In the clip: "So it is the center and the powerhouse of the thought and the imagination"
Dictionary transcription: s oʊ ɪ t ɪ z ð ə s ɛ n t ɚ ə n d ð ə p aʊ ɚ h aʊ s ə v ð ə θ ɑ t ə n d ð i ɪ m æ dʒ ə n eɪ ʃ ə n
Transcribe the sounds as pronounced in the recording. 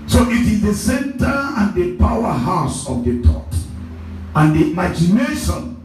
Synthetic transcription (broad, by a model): s oʊ ɪ t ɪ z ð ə s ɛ n t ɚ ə n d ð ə p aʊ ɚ h aʊ s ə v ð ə t ɑ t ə n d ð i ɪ m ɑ dʒ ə n eɪ ʃ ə n